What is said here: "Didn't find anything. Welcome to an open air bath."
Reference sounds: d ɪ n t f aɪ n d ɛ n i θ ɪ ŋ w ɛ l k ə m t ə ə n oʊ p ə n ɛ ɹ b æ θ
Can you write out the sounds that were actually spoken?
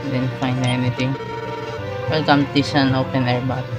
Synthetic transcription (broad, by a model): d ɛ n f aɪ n ɛ n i t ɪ ŋ w ɛ l k ə m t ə ə n oʊ p ə n ɛ ɹ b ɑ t